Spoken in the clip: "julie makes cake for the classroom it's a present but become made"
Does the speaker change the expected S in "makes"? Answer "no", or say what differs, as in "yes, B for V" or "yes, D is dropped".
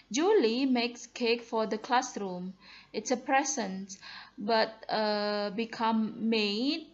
no